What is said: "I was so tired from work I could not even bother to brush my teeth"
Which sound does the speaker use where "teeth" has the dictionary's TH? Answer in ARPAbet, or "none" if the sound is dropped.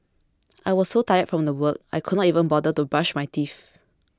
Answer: F